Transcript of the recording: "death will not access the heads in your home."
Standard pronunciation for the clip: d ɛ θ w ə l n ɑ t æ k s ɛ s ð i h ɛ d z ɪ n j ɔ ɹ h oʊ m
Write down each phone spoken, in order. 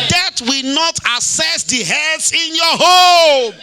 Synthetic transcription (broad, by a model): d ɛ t w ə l n ɑ t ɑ s ɛ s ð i h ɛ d s ɪ n j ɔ h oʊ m